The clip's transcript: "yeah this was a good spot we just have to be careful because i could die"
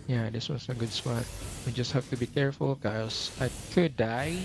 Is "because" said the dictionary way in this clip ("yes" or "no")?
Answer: no